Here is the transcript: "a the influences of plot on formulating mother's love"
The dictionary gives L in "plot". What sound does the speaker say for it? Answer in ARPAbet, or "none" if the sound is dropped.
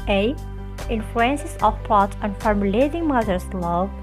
none